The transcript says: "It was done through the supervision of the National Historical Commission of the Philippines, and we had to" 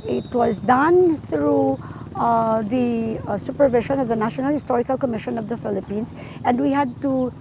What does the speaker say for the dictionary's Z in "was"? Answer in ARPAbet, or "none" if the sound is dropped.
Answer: Z